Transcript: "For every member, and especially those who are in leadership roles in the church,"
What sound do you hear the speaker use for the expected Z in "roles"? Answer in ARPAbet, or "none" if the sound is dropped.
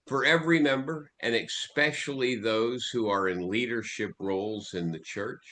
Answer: Z